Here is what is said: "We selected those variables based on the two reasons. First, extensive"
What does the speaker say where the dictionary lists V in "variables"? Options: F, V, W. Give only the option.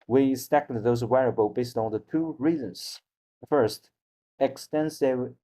W